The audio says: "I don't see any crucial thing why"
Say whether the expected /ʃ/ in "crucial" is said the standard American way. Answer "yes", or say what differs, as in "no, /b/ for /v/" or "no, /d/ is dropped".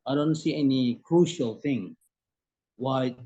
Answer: yes